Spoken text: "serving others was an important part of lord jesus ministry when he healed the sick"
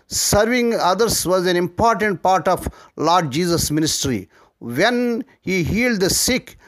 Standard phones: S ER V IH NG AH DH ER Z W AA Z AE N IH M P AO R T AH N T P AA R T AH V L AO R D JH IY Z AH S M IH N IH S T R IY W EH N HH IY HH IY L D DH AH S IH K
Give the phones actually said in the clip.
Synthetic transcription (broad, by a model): S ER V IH NG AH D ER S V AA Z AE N IH M P AO R T AH N T P AA R T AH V L AO R D JH IY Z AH S M IH N IH S T R IY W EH N HH IY HH IY L D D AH S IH K